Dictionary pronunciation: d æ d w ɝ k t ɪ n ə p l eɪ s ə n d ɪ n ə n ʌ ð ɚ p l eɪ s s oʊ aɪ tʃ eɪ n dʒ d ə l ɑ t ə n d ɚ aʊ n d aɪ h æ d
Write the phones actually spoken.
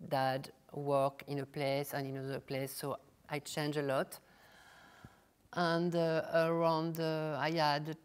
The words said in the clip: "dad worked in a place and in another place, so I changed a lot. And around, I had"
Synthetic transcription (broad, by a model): d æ d w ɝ k ɪ n ə p l eɪ s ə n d ɪ n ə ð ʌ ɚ p l eɪ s s oʊ aɪ tʃ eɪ n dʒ ə l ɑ t ə n d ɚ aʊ n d aɪ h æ d